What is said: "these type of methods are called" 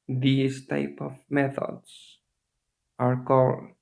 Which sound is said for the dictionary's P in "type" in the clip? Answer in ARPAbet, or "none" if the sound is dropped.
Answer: P